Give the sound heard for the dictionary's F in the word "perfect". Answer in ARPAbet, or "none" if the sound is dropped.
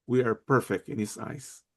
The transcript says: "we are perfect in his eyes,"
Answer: F